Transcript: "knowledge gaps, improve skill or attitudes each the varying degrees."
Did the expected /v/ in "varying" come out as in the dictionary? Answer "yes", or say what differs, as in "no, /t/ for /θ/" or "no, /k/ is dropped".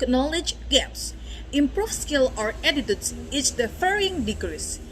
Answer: no, /f/ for /v/